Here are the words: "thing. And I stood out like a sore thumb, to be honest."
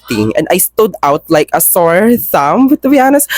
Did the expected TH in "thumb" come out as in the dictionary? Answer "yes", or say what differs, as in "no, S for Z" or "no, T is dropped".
no, S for TH